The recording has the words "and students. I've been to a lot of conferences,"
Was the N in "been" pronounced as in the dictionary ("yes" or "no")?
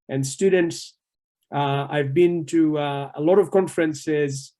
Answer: yes